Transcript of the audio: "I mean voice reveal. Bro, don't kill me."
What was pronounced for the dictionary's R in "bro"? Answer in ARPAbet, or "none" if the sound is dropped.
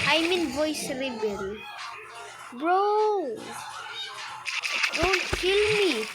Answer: R